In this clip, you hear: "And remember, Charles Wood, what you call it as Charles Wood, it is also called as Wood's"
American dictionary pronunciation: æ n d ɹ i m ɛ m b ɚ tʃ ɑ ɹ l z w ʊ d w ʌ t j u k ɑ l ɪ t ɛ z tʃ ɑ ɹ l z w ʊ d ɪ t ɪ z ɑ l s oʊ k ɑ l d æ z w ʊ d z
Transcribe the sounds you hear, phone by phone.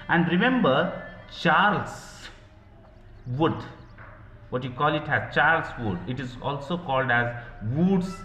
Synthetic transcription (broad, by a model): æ n d ɹ i m ɛ m b ɚ tʃ ɑ ɹ l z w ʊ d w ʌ t j u k ɑ l ɪ t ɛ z tʃ ɑ ɹ l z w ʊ d ɪ t ɪ z ɑ l s oʊ k ɑ l d æ z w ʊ d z